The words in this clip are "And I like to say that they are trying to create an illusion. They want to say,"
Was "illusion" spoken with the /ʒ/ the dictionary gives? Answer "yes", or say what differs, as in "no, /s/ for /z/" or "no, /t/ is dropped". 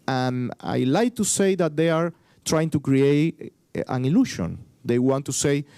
no, /ʃ/ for /ʒ/